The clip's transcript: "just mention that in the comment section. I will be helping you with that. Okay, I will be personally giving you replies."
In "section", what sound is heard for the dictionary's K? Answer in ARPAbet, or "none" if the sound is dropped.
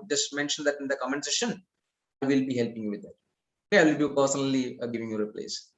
none